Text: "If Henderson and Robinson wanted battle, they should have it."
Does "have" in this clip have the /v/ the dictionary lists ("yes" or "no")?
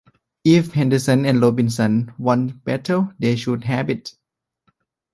no